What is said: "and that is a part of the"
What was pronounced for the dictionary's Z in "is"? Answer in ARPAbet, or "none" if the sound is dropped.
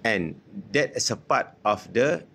S